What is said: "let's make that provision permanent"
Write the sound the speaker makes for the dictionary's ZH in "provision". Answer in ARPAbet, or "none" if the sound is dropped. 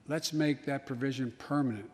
ZH